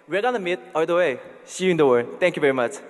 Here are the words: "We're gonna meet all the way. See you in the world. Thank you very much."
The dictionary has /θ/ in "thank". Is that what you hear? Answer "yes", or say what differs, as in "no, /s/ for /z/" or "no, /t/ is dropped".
no, /t/ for /θ/